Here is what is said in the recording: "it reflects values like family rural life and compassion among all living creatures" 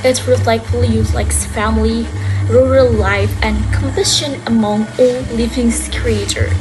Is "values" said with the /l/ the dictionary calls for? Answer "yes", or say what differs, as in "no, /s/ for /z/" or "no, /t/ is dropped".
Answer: no, /l/ is dropped